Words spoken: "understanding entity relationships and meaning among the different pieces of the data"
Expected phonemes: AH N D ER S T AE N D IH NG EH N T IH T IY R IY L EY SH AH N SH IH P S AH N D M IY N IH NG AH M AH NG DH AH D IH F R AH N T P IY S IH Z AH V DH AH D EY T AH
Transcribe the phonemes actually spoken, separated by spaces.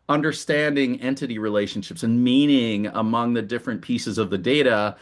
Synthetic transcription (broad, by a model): AH N D ER S T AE N D IH NG EH N T IH T IY R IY L EY SH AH N SH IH P S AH N M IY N IH NG AH M AH NG DH AH D IH F R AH N P IY S IH Z AH V DH AH D EY T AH